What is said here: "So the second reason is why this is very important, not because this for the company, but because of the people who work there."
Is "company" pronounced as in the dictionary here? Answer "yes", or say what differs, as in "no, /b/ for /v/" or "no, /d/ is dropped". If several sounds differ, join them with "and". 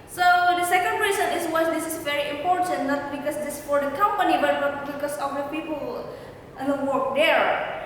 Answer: yes